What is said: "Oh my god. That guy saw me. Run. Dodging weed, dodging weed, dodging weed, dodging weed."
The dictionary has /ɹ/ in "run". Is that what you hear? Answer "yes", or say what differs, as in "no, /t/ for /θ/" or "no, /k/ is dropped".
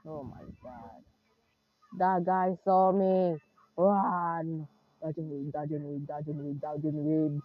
no, /w/ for /ɹ/